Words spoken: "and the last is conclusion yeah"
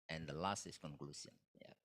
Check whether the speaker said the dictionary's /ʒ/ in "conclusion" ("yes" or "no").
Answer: no